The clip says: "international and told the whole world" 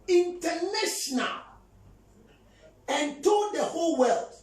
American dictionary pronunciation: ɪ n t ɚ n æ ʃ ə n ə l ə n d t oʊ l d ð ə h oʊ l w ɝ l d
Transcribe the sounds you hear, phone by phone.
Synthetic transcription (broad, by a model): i n t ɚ n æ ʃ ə n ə l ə n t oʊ d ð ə h oʊ l w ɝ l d